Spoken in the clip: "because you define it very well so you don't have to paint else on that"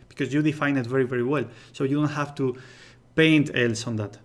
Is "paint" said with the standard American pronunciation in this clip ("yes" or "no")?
yes